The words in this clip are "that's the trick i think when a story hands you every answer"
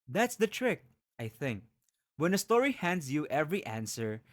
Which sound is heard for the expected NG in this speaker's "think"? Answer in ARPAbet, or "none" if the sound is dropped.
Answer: NG